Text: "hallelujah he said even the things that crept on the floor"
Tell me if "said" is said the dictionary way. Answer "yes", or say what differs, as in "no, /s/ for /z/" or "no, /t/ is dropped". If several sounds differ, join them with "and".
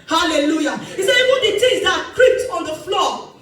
no, /d/ is dropped